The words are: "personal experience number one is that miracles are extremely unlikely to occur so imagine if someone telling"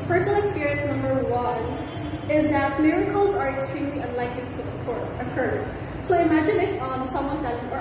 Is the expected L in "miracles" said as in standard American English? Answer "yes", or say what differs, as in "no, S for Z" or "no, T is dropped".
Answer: yes